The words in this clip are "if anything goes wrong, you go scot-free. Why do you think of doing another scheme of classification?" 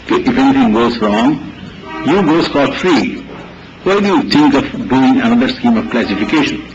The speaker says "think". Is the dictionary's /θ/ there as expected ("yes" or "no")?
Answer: no